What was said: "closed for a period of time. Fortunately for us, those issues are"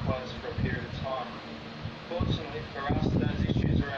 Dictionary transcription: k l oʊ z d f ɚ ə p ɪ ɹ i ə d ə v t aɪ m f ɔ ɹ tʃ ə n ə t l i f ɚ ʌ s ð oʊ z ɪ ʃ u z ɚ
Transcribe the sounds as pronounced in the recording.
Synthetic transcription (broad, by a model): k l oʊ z f ɚ ə p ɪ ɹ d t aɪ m f ɔ ɹ tʃ ə n ə t l i f ɚ ʌ s ð oʊ z ɪ ʃ u z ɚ